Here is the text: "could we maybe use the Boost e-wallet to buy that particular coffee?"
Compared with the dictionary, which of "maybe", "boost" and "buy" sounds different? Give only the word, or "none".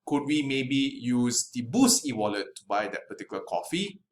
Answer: boost